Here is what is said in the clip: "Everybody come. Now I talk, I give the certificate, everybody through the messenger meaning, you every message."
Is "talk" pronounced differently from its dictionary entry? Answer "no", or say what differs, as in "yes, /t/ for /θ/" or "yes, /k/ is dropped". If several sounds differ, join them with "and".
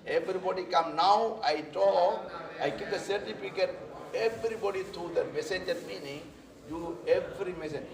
yes, /k/ is dropped